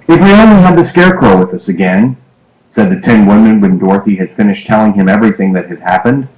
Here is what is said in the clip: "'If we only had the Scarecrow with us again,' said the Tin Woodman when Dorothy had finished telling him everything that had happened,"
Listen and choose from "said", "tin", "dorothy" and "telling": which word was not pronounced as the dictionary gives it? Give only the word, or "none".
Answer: none